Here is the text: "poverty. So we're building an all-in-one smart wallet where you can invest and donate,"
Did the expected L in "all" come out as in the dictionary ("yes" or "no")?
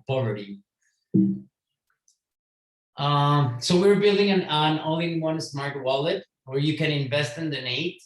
no